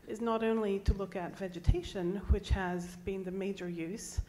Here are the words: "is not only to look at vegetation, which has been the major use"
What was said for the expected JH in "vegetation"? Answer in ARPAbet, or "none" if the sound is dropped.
JH